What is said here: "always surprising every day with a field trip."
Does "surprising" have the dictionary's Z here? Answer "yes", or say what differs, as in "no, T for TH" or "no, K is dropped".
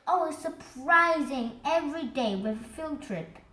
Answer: yes